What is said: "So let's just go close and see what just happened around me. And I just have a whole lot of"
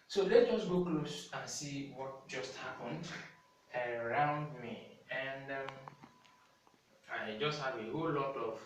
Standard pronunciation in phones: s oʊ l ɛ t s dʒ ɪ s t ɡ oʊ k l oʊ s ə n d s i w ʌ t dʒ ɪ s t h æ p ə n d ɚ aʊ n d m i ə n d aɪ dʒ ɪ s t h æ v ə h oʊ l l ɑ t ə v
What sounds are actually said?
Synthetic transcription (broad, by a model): s oʊ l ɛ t dʒ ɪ s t ɡ oʊ k l oʊ s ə n s i w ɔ t dʒ ɪ s t h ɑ p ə n d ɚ aʊ n d m i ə n d aɪ dʒ ɪ s t h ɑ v ə h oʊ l l ɑ t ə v